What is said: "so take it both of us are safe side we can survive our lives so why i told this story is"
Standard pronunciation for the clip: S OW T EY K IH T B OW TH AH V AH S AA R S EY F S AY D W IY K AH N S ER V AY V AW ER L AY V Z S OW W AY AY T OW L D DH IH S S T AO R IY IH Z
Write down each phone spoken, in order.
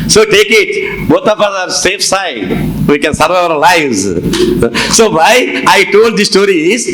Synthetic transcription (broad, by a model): S OW T EY K IH T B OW T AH F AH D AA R S EY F S AY D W IY K AH N S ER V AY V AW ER L AY V Z S OW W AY AY T OW L D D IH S S T AO R IY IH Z